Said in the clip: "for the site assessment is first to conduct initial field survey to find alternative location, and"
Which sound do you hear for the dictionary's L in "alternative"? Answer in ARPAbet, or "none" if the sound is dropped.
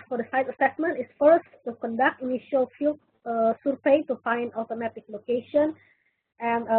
none